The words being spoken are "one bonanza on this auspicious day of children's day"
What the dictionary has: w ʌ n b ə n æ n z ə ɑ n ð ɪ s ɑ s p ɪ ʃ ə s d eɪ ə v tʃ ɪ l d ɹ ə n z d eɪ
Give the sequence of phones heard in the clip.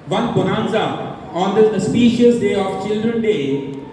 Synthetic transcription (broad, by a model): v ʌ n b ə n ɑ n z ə ɑ n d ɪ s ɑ s p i ʃ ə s d eɪ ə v tʃ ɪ l d ɹ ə n d eɪ